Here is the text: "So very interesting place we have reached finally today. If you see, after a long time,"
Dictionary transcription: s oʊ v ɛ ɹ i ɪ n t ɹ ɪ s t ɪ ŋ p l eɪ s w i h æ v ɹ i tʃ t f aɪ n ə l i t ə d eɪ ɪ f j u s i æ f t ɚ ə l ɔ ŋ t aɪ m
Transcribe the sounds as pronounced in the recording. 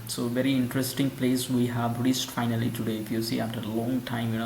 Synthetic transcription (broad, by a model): s oʊ v ɛ ɹ i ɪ n t ɹ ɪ s t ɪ ŋ p l eɪ s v i h æ v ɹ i s t f aɪ n ə l i t ə d eɪ ɪ f j u s i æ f t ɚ ə l ɔ ŋ t aɪ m